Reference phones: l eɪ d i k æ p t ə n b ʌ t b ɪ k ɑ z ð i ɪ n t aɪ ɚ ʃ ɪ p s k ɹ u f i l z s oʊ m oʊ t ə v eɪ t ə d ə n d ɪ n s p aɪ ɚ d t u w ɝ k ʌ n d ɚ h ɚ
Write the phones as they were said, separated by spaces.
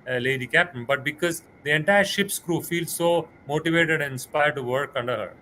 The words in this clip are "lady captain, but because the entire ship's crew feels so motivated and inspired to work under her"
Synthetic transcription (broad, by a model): l eɪ d i k æ p t ə n b ʌ t b ɪ k ɑ z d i ɪ n t aɪ ɚ ʃ ɪ p s k ɹ u f i l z s oʊ m oʊ t ə v eɪ t ə d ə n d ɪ n s p aɪ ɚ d t u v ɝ k ʌ n d ɚ h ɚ